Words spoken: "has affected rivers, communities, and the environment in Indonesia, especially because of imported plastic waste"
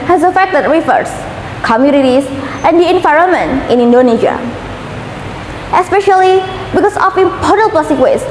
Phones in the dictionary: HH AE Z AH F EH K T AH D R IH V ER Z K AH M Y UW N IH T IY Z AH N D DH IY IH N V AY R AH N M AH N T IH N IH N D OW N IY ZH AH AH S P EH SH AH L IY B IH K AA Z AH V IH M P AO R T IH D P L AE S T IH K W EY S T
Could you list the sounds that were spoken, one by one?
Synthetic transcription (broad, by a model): HH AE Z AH F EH K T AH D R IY F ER S K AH M Y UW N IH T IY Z AH N D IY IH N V AY R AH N M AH N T IH N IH N D OW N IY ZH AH AH S P EH SH AH L IY B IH K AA S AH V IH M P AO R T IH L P L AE S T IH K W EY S